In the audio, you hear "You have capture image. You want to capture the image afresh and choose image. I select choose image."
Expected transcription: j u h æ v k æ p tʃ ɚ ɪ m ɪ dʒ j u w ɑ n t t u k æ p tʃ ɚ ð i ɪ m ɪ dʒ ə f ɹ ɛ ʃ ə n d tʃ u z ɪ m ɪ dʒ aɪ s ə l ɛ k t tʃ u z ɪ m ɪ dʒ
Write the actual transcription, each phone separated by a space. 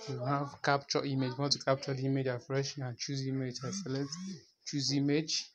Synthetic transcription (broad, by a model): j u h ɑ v k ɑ p tʃ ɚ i m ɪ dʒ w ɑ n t t u k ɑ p tʃ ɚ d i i m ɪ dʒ ə f ɹ ɛ ʃ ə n tʃ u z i m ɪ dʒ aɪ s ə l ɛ t tʃ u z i m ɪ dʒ